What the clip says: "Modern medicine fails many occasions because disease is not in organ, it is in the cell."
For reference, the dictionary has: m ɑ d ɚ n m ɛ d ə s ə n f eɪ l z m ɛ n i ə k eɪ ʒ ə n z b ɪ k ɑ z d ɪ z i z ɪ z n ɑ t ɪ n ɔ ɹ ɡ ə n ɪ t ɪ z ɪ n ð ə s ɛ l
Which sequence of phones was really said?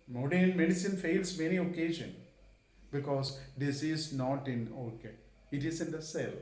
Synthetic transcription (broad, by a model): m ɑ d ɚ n m ɛ d ə s ə n f eɪ l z m ɛ n i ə k eɪ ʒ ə n b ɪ k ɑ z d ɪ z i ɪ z n ɑ t ɪ n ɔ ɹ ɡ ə ɪ t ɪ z ɪ n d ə s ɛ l